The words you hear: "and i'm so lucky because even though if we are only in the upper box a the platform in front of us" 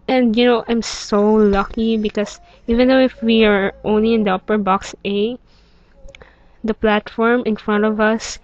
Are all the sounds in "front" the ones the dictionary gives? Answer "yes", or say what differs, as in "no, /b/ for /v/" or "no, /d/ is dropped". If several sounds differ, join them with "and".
yes